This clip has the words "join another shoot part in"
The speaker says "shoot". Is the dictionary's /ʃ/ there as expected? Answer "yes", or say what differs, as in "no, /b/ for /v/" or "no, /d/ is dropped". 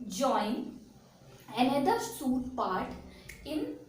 no, /s/ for /ʃ/